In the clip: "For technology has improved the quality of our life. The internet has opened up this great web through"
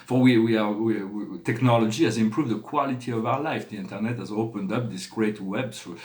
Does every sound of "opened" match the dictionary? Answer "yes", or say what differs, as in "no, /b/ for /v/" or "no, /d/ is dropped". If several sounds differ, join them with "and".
yes